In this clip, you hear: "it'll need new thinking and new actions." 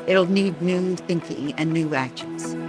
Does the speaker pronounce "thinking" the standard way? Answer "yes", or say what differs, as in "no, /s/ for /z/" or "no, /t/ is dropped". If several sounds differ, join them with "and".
yes